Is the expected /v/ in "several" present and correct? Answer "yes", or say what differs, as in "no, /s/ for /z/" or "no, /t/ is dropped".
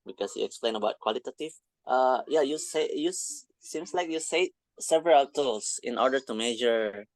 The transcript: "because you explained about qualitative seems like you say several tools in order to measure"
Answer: yes